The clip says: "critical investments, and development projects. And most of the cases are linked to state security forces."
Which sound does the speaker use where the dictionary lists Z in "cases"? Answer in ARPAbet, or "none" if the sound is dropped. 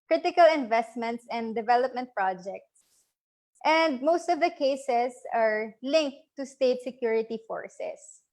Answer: S